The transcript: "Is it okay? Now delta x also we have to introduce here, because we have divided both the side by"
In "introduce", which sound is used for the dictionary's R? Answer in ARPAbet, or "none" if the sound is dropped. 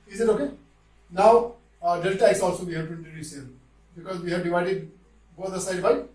none